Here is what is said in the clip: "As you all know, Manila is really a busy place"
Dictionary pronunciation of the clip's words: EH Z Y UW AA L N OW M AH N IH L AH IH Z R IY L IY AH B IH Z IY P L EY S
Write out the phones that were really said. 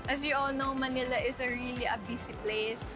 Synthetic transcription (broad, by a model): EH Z Y UW AA L N OW M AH N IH L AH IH S R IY L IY AH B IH S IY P L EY S